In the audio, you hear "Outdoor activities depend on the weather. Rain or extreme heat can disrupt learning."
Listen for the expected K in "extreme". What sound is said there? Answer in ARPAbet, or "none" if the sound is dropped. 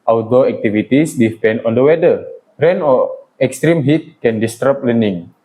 K